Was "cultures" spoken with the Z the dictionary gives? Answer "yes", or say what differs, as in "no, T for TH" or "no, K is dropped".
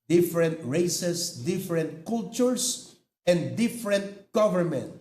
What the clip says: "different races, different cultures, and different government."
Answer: no, S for Z